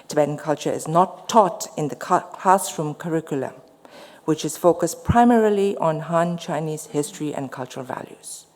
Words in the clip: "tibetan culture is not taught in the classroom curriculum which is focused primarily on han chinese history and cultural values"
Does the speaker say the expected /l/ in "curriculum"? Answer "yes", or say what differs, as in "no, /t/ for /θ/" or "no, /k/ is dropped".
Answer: yes